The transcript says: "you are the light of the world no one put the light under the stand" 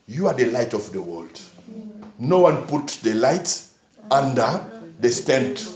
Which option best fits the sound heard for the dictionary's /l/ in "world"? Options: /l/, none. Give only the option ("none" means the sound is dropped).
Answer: /l/